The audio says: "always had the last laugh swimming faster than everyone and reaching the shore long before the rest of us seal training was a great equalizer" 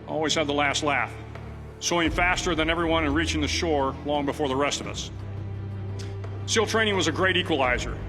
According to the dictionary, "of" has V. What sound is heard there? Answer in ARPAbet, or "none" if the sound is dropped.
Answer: V